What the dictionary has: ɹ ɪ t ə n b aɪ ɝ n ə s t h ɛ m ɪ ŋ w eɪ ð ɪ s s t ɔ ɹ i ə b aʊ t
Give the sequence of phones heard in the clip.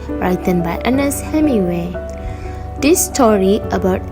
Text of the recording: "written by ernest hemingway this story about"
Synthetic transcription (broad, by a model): ɹ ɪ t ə n b aɪ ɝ n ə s h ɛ m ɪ w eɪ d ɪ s s t ɔ ɹ i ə b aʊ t